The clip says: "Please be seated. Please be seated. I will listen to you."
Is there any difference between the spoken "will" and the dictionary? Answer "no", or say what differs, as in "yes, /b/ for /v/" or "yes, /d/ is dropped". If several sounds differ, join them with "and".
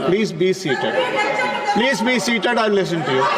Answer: yes, /n/ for /l/